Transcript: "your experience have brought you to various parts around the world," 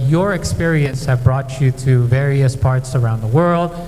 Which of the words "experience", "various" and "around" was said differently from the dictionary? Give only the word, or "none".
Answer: none